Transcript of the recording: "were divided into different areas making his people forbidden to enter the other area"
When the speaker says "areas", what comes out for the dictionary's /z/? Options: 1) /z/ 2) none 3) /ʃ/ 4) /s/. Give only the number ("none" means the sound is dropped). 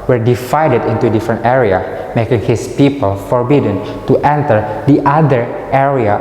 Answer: 2